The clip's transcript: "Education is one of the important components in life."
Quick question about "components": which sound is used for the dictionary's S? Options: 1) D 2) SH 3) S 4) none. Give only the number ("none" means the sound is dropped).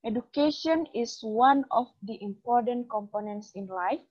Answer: 3